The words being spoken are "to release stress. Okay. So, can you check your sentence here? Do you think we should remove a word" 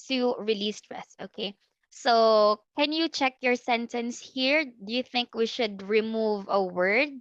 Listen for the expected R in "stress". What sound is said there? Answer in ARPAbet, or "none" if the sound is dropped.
R